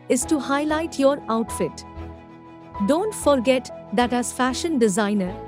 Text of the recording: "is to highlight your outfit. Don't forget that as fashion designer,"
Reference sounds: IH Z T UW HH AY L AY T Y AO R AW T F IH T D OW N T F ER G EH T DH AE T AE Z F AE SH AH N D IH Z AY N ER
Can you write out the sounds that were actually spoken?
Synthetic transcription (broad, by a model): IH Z T UW HH AY L AY T Y AO R AW T F IH T D OW N T F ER G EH T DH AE T AE Z F AE SH AH N D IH Z AY N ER